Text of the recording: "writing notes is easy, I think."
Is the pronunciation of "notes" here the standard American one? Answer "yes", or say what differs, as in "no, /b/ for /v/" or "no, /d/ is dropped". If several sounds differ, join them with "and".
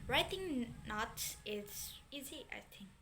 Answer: no, /s/ is dropped